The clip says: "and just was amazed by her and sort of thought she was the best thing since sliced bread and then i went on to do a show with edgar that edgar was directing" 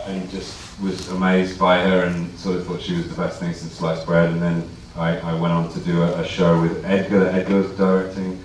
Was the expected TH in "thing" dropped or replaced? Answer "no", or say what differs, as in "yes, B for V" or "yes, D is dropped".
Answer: no